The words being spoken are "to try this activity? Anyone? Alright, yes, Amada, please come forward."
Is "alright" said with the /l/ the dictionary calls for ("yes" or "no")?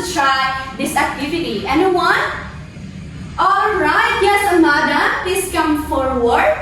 yes